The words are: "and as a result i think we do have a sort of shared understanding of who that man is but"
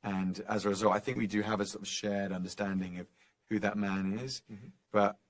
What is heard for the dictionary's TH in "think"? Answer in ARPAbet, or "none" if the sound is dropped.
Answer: TH